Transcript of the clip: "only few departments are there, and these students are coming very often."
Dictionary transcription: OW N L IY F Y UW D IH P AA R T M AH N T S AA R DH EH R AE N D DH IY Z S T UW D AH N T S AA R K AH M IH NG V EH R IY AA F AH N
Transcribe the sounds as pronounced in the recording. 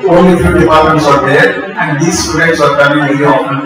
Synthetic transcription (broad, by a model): OW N L IY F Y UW D IH P AA R T M AH N T S AA R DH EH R AE N D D IY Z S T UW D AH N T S AA R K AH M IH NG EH L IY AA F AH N